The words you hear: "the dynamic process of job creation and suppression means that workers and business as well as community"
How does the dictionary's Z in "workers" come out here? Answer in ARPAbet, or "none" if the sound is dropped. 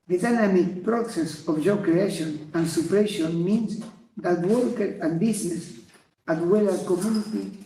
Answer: none